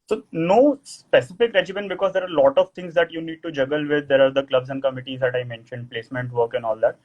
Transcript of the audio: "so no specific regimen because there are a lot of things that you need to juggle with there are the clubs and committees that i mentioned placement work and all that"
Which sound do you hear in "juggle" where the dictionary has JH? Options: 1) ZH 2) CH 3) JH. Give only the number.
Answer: 3